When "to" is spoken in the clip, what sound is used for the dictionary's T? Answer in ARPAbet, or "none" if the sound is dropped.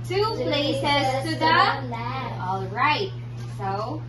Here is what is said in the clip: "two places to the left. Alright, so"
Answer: S